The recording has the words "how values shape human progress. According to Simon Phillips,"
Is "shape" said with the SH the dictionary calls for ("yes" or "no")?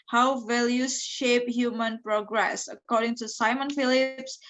yes